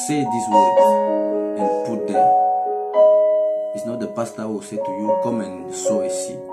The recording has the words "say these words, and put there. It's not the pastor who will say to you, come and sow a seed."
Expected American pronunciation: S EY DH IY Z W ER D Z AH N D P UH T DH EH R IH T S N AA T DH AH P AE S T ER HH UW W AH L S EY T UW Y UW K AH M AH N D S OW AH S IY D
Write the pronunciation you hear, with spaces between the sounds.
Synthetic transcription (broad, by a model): S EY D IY S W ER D AH N P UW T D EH IH T S N AA T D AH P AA S T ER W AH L S EY T UW Y UW K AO M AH N S OW AH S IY